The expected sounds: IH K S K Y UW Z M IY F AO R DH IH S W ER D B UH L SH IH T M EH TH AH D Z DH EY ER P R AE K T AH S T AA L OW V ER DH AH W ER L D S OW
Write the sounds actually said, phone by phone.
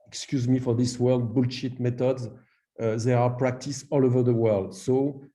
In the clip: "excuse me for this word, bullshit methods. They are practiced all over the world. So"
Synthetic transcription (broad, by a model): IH K S K Y UW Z M IY F AO R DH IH S W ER D B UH L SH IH T M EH T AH D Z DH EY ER P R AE K T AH S AA L OW V ER DH AH W ER L D S OW